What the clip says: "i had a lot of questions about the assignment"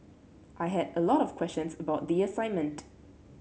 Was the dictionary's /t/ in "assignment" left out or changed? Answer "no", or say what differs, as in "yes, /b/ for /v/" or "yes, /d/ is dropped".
no